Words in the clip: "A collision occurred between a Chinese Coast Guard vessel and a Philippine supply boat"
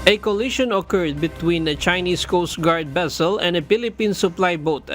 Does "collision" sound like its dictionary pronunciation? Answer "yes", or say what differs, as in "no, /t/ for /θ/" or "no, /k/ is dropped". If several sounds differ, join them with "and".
no, /ʃ/ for /ʒ/